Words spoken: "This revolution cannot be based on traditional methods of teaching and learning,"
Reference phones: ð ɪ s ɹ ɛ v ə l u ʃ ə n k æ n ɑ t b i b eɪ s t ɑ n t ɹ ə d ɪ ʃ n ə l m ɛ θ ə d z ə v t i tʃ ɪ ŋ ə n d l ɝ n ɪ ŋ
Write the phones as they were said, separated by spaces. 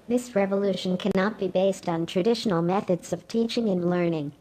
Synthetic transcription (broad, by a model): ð ɪ s ɹ ɛ v ə l u ʃ ə n k æ n ɑ t b i b eɪ s t n t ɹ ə d ɪ ʃ n l m ɛ θ ə d z ə v t i tʃ ɪ ŋ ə n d l ɝ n ɪ ŋ